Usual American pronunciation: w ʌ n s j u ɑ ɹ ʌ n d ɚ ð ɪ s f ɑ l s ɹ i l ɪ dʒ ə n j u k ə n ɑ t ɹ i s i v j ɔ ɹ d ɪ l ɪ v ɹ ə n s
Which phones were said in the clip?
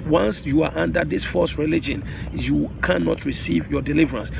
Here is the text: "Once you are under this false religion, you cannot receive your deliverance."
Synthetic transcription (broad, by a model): w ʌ n s j u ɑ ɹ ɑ n d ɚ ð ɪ s f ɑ s ɹ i l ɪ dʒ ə n j u k ə n ɑ t ɹ i s i v j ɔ d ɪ l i v ɹ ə n s